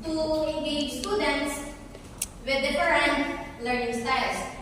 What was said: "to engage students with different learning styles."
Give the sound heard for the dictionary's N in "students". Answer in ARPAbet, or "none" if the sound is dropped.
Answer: N